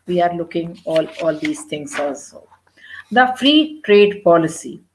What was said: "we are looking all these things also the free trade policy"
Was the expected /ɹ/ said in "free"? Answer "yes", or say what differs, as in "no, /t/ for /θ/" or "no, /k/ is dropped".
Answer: yes